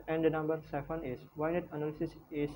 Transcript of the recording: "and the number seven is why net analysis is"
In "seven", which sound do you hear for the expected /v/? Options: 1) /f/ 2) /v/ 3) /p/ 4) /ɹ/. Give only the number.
1